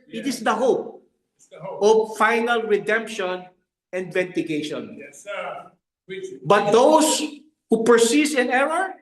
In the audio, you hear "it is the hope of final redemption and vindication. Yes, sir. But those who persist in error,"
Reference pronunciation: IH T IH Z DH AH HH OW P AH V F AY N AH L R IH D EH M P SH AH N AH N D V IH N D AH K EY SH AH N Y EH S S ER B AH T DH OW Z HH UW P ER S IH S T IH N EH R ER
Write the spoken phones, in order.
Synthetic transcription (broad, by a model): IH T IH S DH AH HH OW P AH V F AY N AH L R IH D EH M P SH AH N AH N D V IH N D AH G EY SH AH N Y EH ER B AH T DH OW S HH UW P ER S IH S IH N EH R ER